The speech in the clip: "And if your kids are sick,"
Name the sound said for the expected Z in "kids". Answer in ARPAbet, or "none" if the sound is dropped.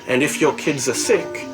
Z